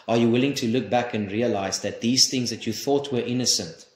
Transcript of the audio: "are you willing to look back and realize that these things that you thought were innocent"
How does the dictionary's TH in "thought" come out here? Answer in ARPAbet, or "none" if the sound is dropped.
TH